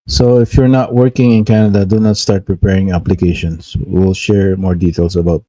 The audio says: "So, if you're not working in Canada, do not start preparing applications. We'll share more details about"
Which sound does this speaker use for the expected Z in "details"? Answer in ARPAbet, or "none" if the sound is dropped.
S